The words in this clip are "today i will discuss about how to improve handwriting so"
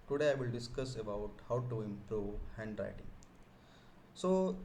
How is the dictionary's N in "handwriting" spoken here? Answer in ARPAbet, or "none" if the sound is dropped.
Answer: N